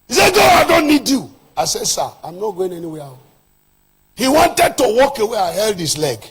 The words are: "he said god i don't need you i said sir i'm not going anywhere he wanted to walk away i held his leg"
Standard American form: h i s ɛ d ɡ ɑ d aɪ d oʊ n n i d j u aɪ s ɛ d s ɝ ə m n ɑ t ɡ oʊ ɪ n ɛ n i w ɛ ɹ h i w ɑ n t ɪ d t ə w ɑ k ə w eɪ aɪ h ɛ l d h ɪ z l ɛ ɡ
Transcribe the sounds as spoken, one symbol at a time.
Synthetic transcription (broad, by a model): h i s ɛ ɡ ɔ aɪ d oʊ n n i d j u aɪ s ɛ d s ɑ ə m n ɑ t ɡ oʊ ɪ n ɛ n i w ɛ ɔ h i w ɑ n t ɪ d t ə w ɑ k ə w eɪ aɪ h ɛ l d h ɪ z l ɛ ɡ